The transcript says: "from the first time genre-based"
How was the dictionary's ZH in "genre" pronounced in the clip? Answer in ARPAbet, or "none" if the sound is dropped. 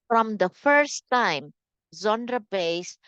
Z